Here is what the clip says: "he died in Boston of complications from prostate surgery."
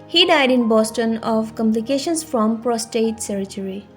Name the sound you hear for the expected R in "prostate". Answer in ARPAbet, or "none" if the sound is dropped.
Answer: R